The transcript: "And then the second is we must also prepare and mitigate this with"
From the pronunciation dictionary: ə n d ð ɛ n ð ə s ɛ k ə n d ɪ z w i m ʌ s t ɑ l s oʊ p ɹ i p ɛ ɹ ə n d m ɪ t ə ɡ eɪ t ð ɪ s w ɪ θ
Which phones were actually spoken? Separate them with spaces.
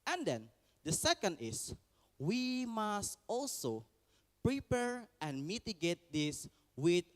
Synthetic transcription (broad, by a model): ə n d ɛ n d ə s ɛ k ə n d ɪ s w i m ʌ s t ɑ l s oʊ p ɹ i p ɛ ɹ ə n d m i t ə ɡ eɪ t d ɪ s w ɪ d